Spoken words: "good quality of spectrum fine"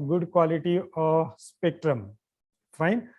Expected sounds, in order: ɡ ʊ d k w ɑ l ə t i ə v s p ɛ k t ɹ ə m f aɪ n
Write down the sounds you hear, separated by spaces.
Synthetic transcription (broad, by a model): ɡ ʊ d k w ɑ l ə t i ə s p ɛ k t ɹ ə m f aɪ n